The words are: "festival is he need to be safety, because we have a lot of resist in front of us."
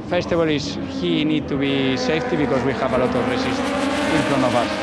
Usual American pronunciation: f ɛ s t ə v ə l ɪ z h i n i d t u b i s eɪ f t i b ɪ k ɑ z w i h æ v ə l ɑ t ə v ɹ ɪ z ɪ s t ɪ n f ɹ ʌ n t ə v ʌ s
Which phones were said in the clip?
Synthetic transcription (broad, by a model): f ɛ s t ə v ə l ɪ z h i n i d t u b i s eɪ f t i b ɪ k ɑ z w i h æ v ə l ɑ t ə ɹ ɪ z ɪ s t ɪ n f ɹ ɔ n ə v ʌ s